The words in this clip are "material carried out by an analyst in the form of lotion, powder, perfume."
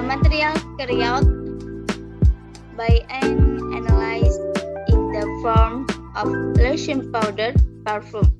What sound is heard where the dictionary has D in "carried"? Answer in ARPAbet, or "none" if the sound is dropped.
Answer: none